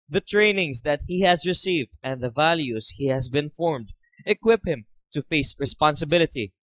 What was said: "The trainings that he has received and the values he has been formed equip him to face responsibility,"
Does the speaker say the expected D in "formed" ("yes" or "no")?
yes